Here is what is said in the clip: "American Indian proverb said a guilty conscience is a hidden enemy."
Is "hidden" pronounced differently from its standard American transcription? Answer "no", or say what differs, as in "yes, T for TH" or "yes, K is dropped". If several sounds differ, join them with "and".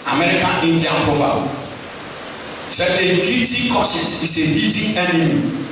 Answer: yes, N is dropped